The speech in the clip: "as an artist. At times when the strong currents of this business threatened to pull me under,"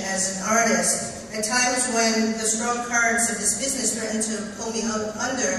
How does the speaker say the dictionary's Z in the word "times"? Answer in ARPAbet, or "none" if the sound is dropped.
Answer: Z